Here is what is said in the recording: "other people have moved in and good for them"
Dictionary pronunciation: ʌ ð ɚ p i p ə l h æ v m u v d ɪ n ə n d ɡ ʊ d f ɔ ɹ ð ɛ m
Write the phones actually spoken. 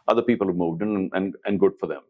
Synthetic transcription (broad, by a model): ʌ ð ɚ p i p ə l h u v m u v d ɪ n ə n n ɡ ʊ d f ɔ ɹ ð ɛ m